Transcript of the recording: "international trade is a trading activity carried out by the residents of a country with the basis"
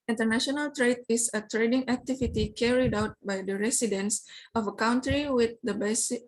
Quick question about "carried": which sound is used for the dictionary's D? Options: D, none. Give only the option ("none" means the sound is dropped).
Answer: D